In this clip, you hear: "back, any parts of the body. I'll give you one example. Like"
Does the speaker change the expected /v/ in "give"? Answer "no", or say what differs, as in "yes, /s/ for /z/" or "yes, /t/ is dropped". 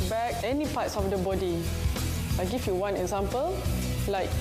yes, /f/ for /v/